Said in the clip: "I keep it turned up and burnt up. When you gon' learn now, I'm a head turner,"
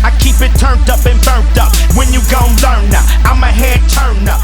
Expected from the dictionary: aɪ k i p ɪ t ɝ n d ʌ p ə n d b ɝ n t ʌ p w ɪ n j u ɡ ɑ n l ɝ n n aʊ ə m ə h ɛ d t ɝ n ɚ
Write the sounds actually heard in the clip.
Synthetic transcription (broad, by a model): aɪ k i p ɪ t ɝ n d ʌ p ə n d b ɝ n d ʌ p w ɪ n j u ɡ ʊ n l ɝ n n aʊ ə m ə h ɛ d t ɝ n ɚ